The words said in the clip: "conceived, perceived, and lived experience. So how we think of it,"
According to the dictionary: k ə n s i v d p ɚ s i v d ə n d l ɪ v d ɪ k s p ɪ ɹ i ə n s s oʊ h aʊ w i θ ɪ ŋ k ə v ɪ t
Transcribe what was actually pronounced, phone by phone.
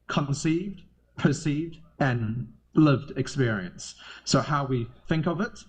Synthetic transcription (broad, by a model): k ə n s i v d p ɚ s i v d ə n l ɪ v d ɪ k s p ɪ ɹ i ə n s s oʊ h aʊ w i θ ɪ ŋ k ə v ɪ t